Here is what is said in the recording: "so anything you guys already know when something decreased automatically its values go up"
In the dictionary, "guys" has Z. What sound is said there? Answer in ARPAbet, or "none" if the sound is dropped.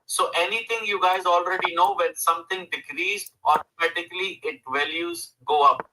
Z